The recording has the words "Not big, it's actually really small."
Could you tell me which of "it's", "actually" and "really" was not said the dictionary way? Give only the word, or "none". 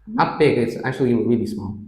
actually